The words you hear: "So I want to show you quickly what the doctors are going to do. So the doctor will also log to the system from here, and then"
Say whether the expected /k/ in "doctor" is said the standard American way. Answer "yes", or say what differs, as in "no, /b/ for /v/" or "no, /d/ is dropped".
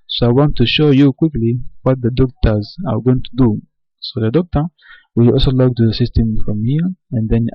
yes